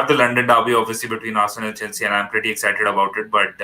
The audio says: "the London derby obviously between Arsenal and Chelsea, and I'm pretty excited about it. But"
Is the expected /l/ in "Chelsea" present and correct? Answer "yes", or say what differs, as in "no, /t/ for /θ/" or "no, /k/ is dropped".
no, /n/ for /l/